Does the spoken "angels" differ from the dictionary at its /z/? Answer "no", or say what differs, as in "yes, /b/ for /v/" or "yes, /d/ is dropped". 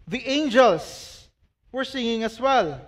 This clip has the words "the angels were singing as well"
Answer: yes, /s/ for /z/